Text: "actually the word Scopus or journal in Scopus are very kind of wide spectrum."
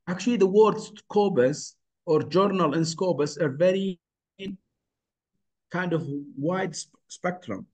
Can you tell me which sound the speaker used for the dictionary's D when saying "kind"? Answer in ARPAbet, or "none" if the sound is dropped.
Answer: D